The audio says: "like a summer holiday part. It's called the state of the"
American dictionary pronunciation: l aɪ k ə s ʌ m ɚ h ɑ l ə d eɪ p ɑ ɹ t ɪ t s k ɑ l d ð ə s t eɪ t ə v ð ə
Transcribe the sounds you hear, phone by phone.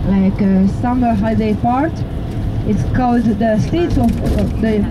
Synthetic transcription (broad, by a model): l aɪ k ə s ʌ m ɚ h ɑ ə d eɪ p ɑ ɹ t ɪ t s k ɑ l d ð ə s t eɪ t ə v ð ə